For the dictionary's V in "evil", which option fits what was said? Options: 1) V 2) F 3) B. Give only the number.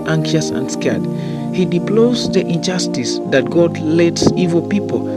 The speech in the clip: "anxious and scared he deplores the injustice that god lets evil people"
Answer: 1